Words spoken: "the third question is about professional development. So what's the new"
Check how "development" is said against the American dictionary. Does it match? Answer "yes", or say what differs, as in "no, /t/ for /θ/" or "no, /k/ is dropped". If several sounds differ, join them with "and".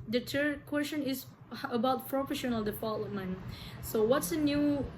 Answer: no, /f/ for /v/